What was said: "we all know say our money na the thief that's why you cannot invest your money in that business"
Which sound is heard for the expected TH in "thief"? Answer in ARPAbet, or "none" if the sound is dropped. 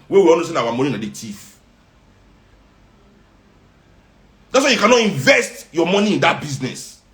T